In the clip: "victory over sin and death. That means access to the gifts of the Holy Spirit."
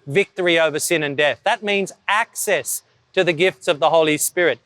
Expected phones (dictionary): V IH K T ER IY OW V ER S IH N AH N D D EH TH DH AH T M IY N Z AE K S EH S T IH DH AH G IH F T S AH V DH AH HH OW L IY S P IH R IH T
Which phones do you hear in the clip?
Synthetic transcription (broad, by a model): V IH K T ER IY OW V ER S IH N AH N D D EH TH DH AH T M IY N Z AE K S EH S T IH DH AH G IH F T S AH V DH AH HH OW L IY S P IH R IH T